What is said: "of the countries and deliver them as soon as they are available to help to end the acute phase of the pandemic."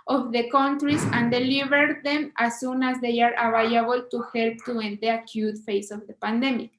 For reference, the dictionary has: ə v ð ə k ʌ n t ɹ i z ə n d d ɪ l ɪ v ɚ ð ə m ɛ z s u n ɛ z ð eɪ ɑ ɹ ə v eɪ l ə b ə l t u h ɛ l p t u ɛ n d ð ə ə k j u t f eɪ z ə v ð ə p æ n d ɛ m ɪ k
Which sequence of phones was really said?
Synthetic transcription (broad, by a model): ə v ð ə k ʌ n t ɹ i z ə n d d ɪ l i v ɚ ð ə m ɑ s u n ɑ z ð eɪ ɑ ɹ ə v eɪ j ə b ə l t u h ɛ l p t u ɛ n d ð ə ə k j u t f eɪ s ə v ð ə p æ n d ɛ m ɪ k